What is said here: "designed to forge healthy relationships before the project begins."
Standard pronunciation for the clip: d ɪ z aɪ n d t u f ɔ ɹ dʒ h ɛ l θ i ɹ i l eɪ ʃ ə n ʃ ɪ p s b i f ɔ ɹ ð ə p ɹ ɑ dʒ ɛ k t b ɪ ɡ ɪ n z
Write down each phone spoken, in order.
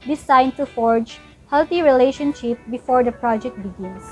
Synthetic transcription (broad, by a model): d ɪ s aɪ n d t u f ɔ ɹ dʒ h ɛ l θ i ɹ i l eɪ ʃ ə n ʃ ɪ p b i f ɔ ɹ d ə p ɹ ɑ dʒ ɛ k t b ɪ ɡ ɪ n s